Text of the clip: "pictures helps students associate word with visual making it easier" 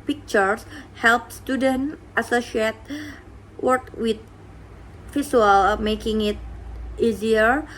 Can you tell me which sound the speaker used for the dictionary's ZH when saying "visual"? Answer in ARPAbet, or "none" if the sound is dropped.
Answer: S